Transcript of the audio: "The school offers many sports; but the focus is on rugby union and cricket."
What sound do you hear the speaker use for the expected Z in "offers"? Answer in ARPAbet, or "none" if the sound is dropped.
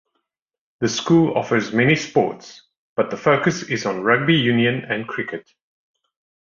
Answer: Z